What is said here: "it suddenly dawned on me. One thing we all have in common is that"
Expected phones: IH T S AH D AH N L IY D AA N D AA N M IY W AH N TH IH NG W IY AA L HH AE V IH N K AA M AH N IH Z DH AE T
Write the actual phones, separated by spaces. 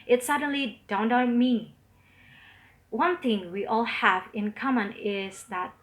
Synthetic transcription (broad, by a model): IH T S AH D AH N L IY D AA N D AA M IY W AH N TH IH NG W IY AA L HH AE V IH N K AA M AH N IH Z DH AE T